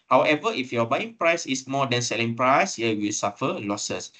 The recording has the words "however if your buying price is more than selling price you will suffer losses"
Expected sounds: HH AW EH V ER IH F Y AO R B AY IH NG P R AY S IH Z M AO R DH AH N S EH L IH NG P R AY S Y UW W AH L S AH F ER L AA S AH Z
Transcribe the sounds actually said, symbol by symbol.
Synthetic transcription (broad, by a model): HH AW EH V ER IH F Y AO B AY IH NG P R AY S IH S M AO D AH N S EH L IH NG P R AY S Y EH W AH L S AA F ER L AA S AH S